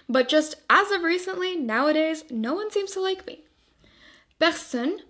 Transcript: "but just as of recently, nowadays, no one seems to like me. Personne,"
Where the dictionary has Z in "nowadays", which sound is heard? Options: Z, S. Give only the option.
Z